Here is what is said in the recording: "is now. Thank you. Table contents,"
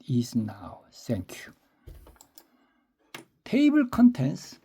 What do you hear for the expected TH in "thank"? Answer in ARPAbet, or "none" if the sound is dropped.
S